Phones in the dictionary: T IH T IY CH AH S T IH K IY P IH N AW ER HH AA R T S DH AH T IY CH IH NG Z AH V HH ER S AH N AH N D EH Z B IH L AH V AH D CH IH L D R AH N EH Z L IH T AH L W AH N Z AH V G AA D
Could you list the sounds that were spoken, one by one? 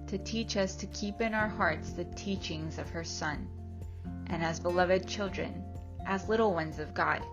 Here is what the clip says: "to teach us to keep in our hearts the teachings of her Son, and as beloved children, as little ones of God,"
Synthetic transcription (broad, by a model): T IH T IY CH AH S T IH K IY P IH N AW ER HH AA R T S DH AH T IY CH IH NG Z AH V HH ER S AH N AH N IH Z B IH L AH V AH D CH IH L D R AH N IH Z L IH T L W AH N Z AH V G AA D